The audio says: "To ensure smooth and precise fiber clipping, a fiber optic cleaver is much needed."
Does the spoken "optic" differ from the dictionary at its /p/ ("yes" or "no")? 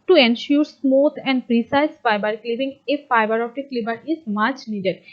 yes